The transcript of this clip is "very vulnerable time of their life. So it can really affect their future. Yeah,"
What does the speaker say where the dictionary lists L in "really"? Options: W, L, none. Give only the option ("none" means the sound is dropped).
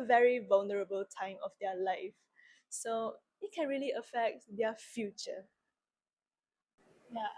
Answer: L